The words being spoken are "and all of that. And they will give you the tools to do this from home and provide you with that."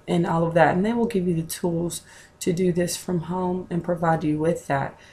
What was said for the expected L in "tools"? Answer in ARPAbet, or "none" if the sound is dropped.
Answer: L